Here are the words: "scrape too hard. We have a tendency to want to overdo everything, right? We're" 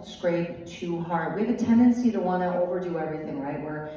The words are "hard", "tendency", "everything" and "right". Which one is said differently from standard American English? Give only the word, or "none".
none